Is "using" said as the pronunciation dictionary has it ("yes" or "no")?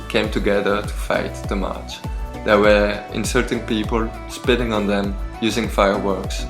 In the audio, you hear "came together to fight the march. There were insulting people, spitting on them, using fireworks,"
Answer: yes